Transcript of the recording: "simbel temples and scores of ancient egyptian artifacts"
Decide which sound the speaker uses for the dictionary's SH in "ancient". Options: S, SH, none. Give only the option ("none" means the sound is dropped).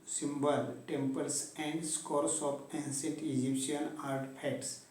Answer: S